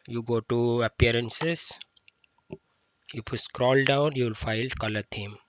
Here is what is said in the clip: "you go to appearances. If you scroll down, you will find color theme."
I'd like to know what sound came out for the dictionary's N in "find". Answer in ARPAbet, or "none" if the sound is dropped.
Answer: L